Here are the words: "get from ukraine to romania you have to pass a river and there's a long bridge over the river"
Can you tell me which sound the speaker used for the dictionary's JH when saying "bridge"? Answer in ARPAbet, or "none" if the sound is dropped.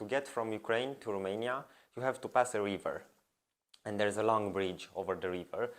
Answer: JH